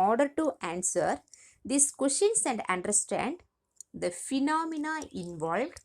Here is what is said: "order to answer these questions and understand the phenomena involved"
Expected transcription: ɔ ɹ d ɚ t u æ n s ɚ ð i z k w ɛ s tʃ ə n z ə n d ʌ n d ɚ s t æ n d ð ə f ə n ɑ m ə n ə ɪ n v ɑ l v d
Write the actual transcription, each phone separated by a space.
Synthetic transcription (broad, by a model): ɔ ɹ d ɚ t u æ n s ɚ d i s k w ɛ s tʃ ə n s ə n d ʌ n d ɚ s t æ n d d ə f ə n ɑ m ə n ə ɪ n v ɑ l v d